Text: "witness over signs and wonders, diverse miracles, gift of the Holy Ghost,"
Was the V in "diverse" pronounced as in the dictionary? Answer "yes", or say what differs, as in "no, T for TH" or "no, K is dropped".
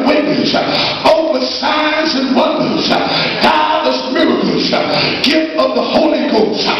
no, V is dropped